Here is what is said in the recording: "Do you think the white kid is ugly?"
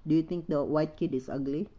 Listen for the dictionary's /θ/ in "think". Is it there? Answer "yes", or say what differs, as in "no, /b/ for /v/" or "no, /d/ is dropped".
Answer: no, /t/ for /θ/